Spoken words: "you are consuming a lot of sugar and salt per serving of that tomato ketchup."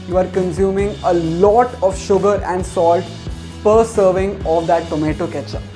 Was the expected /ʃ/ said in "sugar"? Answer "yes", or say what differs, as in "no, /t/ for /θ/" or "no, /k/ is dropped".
yes